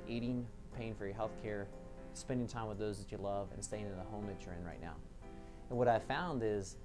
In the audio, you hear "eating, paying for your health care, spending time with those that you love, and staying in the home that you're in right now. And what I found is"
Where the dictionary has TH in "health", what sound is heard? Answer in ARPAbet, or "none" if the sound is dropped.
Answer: TH